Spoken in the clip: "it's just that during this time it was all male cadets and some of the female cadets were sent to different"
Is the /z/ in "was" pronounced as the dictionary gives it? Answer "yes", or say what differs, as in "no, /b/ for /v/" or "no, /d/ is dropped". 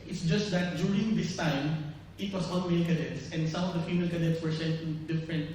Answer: no, /s/ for /z/